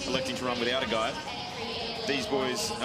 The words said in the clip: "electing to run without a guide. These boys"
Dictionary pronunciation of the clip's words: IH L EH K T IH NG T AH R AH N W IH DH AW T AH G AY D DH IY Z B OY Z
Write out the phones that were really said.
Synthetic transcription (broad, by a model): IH L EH K T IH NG T AH R AH N W IH DH AW T AH G AY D DH IY Z B OY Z